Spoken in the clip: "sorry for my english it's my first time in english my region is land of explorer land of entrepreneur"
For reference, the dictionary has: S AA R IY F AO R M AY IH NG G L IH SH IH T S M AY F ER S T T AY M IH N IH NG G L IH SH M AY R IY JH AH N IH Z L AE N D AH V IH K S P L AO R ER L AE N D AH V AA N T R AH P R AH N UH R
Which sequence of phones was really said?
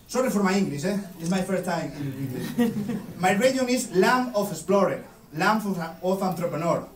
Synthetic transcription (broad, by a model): S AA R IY F AO R M AY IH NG G L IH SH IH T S M AY F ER S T T AY M IH N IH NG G L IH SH M AY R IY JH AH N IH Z L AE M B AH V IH S P L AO R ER L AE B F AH F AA N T R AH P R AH N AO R